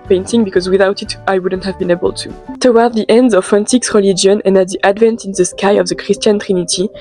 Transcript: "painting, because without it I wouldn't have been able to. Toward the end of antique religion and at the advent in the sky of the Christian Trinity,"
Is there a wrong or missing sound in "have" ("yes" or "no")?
no